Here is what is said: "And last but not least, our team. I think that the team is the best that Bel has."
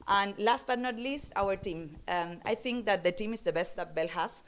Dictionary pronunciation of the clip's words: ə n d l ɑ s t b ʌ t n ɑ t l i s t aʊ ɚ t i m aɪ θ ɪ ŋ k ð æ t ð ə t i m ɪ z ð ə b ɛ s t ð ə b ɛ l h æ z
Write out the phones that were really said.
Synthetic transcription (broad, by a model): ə n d l ɑ s t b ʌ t n ɑ t l i s t aʊ ɚ t i m aɪ t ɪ ŋ k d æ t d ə t i m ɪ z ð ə b ɛ s t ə b ɛ l h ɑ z